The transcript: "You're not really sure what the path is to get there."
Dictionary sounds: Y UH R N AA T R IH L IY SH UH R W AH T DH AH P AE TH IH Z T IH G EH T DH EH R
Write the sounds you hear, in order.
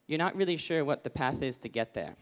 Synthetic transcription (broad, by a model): Y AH R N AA T R IH L IY SH UH R W AH T DH AH P AE TH IH Z T IH G EH T DH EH R